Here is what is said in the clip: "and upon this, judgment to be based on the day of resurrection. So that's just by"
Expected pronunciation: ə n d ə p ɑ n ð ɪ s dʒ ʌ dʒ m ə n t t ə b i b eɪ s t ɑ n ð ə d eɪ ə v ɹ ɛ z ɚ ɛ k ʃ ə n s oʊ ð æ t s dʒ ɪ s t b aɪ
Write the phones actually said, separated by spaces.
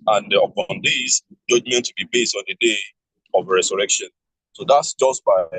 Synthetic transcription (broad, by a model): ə n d ə p ɑ n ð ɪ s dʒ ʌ dʒ m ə n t t ə b i b eɪ s t ɑ n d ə d eɪ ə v ɹ ɛ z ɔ ɛ k ʃ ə n s oʊ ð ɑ t s dʒ ɪ s t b aɪ